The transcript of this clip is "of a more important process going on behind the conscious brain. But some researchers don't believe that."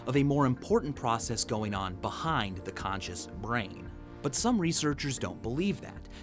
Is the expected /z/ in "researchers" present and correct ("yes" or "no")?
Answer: yes